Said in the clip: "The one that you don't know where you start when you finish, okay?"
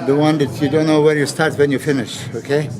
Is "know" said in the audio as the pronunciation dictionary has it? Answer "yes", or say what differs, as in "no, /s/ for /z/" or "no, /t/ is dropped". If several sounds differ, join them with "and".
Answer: yes